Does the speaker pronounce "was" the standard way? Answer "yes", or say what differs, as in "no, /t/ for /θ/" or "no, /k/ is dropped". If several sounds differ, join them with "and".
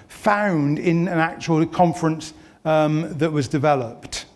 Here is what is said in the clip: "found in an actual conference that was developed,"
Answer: yes